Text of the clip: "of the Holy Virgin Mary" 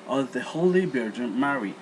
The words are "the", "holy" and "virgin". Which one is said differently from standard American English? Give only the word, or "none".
virgin